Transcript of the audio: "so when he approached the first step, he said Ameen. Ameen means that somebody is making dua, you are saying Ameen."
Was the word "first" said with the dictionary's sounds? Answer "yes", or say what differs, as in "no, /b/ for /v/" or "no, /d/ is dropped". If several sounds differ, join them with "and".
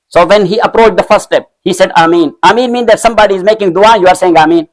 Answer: no, /s/ is dropped